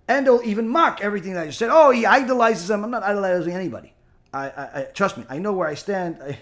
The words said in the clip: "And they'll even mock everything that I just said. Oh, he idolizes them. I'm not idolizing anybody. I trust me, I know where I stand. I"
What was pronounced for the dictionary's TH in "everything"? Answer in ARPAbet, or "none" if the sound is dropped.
TH